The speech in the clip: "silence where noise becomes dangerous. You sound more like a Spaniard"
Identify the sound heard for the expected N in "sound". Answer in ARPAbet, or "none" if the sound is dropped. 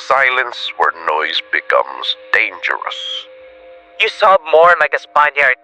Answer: none